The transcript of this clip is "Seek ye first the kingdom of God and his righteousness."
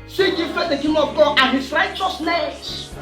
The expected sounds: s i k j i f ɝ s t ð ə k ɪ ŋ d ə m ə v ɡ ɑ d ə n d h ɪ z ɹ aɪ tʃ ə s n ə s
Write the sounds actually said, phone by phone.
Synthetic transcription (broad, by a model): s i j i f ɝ t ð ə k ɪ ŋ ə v ɡ ɑ d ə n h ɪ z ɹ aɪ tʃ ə s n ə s